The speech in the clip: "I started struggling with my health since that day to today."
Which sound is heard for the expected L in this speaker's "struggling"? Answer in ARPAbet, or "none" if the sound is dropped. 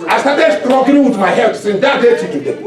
none